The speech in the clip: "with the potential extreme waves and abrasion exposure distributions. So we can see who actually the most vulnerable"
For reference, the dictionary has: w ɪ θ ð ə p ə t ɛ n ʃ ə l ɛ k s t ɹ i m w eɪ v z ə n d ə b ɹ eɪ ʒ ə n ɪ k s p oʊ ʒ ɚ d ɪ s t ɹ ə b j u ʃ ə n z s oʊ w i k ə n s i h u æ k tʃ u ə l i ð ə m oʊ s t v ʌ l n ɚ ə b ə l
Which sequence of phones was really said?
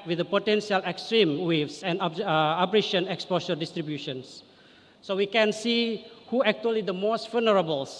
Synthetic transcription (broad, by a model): w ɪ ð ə p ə t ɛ n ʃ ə l ɛ k s t ɹ i m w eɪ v s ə n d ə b ɹ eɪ ʃ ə n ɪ k s p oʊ s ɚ d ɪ s t ɹ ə b j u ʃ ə n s s oʊ w i k ə n s i h u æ k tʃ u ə l i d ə m oʊ s t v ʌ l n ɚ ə b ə l